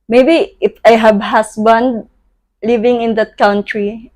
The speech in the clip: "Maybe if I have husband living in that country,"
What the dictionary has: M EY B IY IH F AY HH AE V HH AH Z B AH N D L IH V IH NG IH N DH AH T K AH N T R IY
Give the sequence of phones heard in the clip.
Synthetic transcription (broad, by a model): M EY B IY IH F AY HH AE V HH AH S B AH N D L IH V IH NG IH N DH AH T K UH N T R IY